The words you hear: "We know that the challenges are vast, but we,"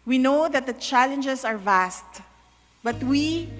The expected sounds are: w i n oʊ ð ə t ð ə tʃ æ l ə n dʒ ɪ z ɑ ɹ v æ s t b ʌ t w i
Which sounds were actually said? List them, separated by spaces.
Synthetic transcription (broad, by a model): w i n oʊ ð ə t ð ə tʃ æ l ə n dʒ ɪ s ɑ ɹ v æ s t b ʌ t w i